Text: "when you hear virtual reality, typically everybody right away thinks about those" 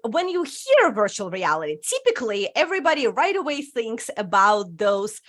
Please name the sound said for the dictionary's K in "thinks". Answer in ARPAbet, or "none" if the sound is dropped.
K